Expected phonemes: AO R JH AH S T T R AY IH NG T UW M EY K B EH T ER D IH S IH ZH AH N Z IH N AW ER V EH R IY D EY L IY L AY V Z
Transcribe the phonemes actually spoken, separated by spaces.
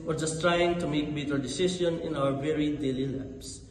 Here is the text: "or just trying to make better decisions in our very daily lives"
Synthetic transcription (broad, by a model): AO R JH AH S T T R AY IH NG T UW M EY K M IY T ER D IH S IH S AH N IH N AW ER V EH R IY D EY L IY L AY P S